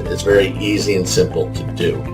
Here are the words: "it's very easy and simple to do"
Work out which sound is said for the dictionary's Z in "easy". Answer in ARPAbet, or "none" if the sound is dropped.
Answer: Z